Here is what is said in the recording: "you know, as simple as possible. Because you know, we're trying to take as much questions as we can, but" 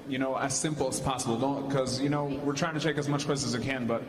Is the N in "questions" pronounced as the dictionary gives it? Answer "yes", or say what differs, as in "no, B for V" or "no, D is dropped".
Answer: no, N is dropped